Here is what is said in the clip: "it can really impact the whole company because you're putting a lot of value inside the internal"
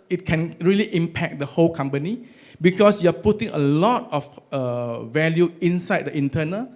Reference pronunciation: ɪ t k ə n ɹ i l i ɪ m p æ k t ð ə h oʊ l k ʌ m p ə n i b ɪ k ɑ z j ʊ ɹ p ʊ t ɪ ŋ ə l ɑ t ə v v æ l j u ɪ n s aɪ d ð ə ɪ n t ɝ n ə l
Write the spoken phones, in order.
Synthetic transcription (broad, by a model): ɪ t k ə n ɹ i l i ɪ m p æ k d ə h oʊ l k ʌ m p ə n i b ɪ k ɑ s j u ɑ p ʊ t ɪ ŋ ə l ɑ t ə f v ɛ l j u ɪ n s aɪ d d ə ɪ n t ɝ n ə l